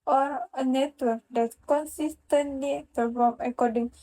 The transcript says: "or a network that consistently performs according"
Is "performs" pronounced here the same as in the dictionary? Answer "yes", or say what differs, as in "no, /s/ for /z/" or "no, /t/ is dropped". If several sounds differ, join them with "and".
no, /z/ is dropped